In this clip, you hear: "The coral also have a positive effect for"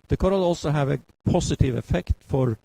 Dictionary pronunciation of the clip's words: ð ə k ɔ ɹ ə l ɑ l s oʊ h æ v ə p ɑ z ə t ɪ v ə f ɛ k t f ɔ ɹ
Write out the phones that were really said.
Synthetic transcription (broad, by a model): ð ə k ɔ ɹ ə l ɑ l s oʊ h æ v ə p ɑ s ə t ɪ v ə f ɛ k t f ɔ ɹ